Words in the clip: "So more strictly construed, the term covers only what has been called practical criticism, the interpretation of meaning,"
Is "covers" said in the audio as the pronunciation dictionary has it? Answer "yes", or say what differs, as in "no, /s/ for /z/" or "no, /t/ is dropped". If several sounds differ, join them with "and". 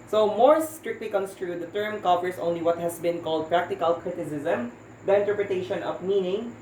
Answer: no, /p/ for /v/